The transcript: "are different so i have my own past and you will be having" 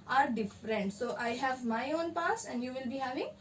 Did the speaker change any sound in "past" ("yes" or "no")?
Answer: yes